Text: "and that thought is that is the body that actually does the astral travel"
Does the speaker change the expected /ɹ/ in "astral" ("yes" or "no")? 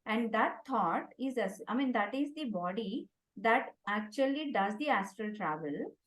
no